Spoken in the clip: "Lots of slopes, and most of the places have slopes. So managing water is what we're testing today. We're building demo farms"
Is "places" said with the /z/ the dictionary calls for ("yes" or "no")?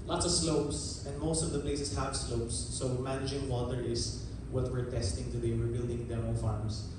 no